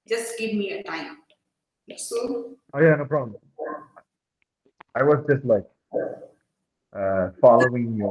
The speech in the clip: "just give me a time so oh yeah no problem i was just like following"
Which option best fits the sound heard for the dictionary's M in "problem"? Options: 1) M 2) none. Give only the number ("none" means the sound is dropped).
2